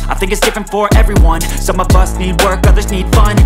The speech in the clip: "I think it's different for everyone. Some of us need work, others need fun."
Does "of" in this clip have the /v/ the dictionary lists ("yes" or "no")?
yes